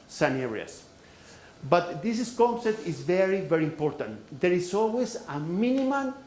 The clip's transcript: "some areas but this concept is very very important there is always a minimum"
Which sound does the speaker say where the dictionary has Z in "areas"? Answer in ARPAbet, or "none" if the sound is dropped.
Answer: S